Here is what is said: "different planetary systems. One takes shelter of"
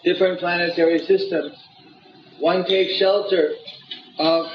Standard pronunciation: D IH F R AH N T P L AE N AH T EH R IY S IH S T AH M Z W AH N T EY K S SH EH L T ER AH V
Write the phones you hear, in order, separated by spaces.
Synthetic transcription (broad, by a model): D IH F R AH N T P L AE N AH T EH R IY S IH S T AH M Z W AH N T EY K S SH EH L T ER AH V